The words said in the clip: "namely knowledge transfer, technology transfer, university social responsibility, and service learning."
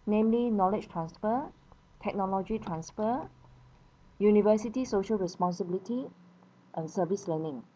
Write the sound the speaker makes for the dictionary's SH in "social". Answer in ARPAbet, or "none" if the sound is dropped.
SH